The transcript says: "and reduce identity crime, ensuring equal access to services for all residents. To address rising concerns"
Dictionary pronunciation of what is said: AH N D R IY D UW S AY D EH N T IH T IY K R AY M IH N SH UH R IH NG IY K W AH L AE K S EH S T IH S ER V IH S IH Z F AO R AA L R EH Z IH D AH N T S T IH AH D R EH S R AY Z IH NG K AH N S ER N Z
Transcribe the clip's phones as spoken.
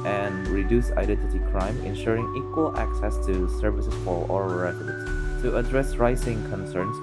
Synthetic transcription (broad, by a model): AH N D R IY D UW S AY D EH N T IH T IY K R AY M IH N SH UH R IH NG IY K W AH L AE K S EH S T IH S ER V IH S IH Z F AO L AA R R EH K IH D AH T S T IH AH D R EH S R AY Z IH NG K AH N S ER N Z